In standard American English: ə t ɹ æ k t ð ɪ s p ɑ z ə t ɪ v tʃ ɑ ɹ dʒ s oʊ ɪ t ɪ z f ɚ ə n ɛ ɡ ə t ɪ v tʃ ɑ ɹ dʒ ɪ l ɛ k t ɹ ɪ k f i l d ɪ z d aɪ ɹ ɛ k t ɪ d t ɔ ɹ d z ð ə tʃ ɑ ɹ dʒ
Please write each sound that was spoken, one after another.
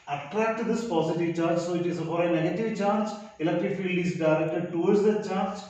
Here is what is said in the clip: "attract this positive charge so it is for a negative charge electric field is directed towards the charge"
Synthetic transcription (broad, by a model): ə t ɹ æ k t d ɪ s p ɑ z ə t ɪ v tʃ ɑ ɹ dʒ s oʊ ɪ t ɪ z p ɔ ə n ɛ ɡ ə t ɪ v tʃ ɑ ɹ dʒ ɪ l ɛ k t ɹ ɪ f i l d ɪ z d aɪ ɹ ɛ k t ɪ d t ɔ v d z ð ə tʃ ɑ ɹ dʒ